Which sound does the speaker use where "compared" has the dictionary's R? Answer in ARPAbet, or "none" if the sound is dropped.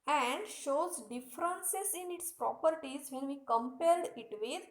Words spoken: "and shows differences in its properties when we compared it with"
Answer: L